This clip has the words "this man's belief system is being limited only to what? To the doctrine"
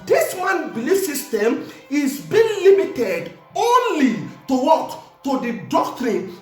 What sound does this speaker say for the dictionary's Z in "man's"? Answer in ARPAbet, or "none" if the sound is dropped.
none